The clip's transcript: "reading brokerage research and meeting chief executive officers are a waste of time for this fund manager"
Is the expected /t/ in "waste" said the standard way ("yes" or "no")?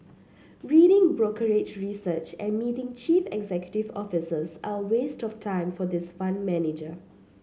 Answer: yes